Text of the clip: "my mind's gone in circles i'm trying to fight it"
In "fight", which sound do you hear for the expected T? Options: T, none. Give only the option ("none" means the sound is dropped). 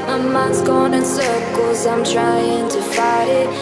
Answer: none